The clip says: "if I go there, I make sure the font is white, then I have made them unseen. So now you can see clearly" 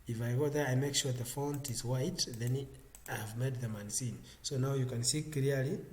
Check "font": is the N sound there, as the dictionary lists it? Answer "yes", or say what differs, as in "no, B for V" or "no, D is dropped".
yes